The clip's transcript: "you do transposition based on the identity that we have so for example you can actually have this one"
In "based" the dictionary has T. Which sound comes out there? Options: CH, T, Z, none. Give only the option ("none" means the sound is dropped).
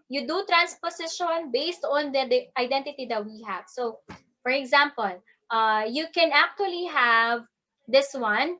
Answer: T